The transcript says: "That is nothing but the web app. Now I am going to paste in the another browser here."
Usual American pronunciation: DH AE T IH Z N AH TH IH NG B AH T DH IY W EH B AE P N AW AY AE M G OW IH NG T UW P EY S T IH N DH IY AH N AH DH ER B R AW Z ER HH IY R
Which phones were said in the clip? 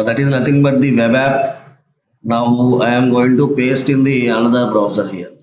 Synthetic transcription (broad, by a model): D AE T IH Z N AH T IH NG B AH T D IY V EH B AE P N AW AY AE M G OW IH NG T UW P EY S T IH N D IY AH N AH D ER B R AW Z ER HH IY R